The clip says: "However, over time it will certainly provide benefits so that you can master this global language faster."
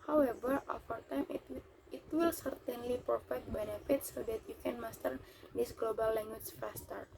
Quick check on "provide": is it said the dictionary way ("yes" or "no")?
no